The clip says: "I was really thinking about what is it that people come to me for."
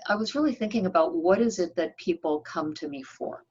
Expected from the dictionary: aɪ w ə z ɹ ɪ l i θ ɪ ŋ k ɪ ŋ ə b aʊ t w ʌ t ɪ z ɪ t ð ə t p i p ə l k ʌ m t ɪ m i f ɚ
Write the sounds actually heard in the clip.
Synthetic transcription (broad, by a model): aɪ w ə z ɹ ɪ l i θ ɪ ŋ k ɪ ŋ ə b aʊ t w ʌ t ɪ z ɪ t ð ə t p i p l k ʌ m t ɪ m i f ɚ